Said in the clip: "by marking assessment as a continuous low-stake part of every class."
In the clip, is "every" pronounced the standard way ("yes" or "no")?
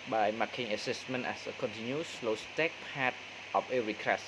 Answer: no